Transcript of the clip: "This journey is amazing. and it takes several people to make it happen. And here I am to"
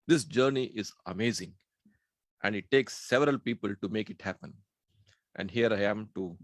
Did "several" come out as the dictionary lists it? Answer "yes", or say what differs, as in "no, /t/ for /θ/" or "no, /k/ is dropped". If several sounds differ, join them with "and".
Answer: yes